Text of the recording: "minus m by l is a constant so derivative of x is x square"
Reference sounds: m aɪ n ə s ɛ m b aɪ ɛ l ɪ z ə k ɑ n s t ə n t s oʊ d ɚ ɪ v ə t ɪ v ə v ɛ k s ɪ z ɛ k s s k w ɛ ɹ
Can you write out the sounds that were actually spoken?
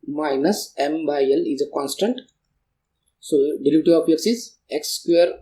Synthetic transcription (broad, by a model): m aɪ n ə s ɛ m b aɪ ɛ l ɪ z ə k ɑ n s t ə n t s oʊ d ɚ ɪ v t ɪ p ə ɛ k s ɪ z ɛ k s s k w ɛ ɹ